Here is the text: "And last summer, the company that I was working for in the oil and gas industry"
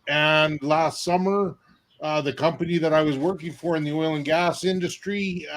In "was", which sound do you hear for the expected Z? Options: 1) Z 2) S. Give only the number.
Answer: 1